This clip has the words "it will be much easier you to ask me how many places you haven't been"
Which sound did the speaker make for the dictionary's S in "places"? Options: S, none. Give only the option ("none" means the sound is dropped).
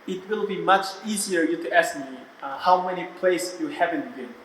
none